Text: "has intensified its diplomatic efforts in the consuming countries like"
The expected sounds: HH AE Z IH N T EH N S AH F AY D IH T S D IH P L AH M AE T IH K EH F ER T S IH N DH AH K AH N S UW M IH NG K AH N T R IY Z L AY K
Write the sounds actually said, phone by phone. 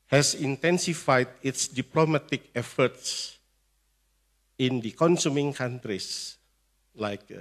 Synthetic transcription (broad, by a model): HH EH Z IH N T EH N S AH F AY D IH T S D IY P L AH M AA T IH K EH F ER T S IH N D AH K AH N S UW M IH NG K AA N T R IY S L AY K